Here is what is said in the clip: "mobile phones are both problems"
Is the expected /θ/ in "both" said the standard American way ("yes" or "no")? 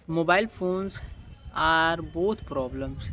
no